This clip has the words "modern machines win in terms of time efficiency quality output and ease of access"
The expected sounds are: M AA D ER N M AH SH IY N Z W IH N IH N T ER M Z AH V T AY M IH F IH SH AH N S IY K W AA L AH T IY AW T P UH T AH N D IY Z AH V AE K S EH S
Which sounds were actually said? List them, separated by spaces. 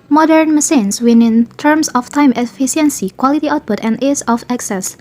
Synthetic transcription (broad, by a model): M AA D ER N M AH S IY N S W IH N IH N T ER M S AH F T AY M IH F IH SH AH N S IY K W AA L AH T IY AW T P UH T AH N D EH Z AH F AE K S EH S